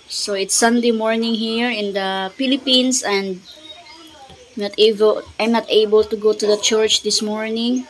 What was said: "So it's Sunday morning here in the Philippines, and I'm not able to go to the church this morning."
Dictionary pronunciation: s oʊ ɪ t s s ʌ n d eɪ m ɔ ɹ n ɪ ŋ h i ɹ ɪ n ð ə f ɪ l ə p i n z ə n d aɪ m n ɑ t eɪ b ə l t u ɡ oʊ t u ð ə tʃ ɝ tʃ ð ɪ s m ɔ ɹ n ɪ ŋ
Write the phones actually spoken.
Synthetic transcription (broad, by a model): s oʊ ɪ t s s ʌ n d eɪ m ɔ ɹ n ɪ ŋ h i ɹ ɪ n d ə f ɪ l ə p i n s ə n d aɪ m n ɑ t eɪ b ə l t u ɡ oʊ t u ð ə tʃ ɝ tʃ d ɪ s m ɔ ɹ n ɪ ŋ